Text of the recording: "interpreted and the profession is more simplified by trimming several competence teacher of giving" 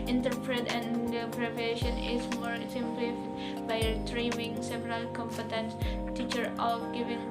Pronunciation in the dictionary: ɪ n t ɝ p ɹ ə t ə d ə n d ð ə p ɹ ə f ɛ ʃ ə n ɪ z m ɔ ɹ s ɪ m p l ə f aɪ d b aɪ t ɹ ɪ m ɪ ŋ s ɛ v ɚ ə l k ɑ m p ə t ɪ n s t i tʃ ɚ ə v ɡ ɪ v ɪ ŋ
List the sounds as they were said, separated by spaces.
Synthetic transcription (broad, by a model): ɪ n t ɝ p ɹ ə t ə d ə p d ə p ə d ɛ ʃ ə n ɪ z m ɔ ɹ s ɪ m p l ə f aɪ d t ɹ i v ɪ ŋ s ɛ v ɚ ə l k ɑ m p ə t ɪ n s t i tʃ ɚ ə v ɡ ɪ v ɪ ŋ